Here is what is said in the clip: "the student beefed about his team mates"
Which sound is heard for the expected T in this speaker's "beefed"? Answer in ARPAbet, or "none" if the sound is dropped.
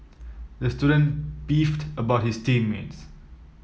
T